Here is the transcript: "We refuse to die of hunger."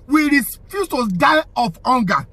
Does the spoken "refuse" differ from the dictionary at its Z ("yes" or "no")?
yes